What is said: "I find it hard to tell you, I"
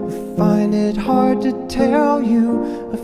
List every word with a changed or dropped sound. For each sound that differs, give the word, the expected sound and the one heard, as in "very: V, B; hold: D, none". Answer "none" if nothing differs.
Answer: none